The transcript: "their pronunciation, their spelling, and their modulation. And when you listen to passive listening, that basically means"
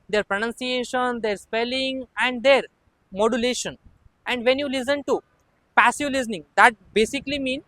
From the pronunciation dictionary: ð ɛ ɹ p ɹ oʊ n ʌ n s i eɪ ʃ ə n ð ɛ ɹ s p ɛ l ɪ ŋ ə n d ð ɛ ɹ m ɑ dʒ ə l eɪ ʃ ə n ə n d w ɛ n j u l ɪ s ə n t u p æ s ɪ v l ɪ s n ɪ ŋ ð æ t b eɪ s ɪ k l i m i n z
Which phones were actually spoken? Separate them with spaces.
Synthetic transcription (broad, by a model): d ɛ ɹ p ɹ oʊ n ʌ n s i eɪ ʃ ə n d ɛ ɹ s p ɛ l ɪ ŋ ə n d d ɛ ɹ m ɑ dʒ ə l eɪ ʃ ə n ə n d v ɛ n j u l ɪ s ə n t u p æ s ɪ v l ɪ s n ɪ ŋ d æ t b eɪ s ɪ k l i m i n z